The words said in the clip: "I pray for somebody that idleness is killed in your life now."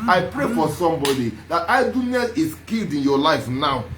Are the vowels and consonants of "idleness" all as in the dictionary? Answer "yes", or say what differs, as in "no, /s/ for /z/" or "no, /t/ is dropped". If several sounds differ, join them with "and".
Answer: no, /l/ is dropped